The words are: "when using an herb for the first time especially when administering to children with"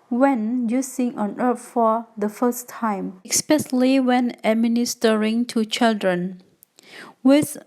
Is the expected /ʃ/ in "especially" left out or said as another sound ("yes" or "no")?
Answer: yes